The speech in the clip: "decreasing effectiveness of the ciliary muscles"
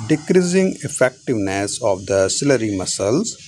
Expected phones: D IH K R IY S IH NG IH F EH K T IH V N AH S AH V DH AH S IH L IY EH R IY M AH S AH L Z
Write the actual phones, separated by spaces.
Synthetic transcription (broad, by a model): D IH K R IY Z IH NG IH F EH K T IH V N AH S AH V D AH S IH L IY R IY M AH S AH L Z